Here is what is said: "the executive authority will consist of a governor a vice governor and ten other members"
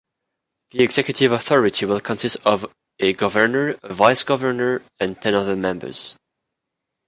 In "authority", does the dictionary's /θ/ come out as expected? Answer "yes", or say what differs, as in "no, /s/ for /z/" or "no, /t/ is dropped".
yes